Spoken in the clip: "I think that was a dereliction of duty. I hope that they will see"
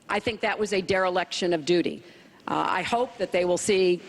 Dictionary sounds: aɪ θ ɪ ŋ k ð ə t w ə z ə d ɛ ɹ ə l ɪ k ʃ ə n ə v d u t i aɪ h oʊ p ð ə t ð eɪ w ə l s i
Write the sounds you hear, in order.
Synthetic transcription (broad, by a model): aɪ θ ɪ ŋ k ð ə t w ə z ə d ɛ ɹ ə l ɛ k ʃ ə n ə v d u t i aɪ h oʊ p ð ə t ð eɪ w ə l s i